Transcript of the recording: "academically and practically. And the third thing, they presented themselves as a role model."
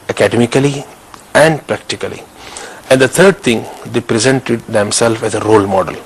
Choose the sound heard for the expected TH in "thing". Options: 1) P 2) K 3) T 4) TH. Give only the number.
3